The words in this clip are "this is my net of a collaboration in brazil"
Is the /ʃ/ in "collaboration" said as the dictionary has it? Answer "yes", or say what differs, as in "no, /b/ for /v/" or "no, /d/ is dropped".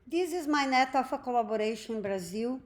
no, /ʃ/ is dropped